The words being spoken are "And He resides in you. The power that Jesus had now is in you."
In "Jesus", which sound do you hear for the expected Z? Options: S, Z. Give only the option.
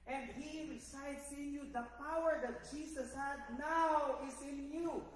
S